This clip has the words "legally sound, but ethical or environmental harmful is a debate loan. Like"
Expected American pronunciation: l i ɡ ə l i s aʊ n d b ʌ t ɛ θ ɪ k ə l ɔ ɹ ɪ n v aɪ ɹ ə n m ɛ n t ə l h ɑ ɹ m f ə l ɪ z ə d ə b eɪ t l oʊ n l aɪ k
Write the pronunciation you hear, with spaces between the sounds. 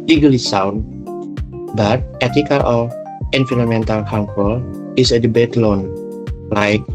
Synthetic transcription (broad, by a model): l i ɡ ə l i s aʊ n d b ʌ t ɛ t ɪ k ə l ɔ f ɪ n f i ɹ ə m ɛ n t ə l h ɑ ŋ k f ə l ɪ s ə d ə b eɪ t l oʊ n l aɪ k